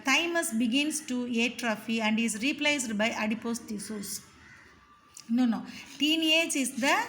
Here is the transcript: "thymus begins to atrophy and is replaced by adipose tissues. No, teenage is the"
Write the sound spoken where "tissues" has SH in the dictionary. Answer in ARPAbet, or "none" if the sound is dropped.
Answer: S